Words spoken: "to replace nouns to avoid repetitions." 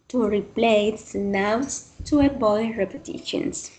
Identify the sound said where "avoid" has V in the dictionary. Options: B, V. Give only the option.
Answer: B